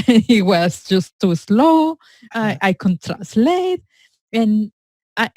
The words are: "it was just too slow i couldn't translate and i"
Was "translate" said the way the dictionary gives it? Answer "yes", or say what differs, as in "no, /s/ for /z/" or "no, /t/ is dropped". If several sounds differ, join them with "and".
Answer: no, /n/ is dropped